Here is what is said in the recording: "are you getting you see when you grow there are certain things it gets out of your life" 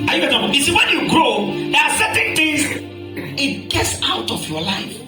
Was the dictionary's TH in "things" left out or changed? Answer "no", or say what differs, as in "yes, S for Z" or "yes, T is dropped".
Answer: yes, T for TH